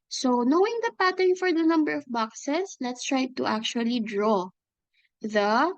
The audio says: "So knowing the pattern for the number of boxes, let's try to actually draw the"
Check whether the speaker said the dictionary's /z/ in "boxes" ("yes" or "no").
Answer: no